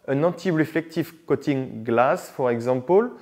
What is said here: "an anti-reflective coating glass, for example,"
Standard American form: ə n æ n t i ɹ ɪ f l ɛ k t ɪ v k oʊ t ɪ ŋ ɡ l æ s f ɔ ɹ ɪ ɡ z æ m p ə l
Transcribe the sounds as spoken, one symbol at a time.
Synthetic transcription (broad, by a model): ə n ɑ t i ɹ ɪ f l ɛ k t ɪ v k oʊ t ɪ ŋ ɡ l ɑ s f ɔ ɹ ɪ ɡ z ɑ p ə l